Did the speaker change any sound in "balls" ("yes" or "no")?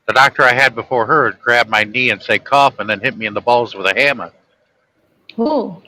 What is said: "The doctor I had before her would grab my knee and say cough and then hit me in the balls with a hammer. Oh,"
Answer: no